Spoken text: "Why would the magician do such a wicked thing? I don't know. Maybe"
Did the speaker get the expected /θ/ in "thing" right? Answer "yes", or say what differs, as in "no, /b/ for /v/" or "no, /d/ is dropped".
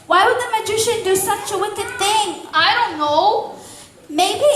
yes